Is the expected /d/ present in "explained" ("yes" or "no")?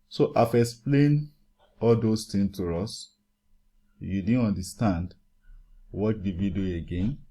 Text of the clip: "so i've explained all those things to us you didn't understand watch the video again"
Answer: no